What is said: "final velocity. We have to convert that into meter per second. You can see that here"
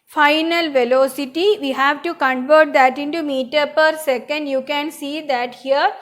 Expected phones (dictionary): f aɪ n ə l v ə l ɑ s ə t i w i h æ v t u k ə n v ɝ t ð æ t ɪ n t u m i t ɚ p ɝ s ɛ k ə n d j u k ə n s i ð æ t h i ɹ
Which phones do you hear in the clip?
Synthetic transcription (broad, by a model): f aɪ n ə l v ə l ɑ s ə t i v i h æ v t u k ə n v ɝ t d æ t ɪ n t u m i t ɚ p ɝ s ɛ k ə n d j u k ə n s i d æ t h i ɹ